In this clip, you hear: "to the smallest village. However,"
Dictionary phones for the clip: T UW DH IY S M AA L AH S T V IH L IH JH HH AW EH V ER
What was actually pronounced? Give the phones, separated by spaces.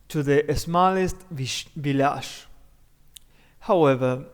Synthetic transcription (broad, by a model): T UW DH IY S M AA L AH S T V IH L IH SH HH AW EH V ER